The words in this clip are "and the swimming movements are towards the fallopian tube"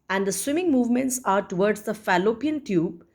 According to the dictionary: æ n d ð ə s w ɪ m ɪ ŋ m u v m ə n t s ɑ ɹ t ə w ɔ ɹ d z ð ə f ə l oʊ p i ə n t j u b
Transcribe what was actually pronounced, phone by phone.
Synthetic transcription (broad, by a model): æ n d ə s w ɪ m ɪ ŋ m u v m ə n t s ɑ ɹ t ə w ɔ ɹ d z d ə f ə l oʊ p i ə n t j u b